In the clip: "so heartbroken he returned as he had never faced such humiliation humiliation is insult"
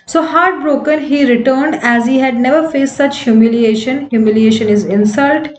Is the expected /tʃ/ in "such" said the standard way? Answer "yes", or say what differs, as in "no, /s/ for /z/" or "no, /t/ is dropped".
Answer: yes